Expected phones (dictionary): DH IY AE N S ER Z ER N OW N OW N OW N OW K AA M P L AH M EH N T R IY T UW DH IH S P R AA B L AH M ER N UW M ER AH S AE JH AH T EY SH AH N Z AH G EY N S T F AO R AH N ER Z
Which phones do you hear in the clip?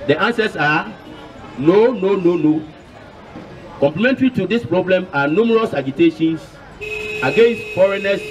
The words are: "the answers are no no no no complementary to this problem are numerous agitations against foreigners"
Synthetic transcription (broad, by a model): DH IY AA N S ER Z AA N OW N OW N OW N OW K AA M P L AH M EH N T R IY T UW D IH S P R AA B L AH M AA N UW M ER AH S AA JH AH T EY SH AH N S AH G EY N S T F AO R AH N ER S